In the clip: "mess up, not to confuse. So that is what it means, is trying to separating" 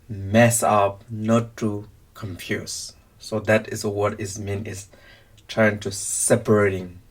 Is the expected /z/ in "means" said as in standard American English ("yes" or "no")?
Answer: no